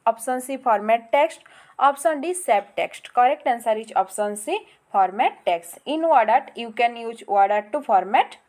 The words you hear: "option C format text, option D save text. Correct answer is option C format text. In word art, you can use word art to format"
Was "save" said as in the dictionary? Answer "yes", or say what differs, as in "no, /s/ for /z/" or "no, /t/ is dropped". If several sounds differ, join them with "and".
no, /p/ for /v/